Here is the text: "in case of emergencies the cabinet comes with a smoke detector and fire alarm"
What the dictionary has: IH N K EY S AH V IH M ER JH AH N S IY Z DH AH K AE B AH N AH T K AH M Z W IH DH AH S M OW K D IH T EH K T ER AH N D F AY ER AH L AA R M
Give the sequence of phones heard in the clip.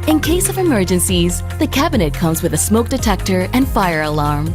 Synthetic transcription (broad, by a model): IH N K EY S AH V IH M ER JH AH N S IY Z DH AH K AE B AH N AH T K AH M Z W IH DH AH S M OW K D IH T EH K T ER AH N F AY ER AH L AA R M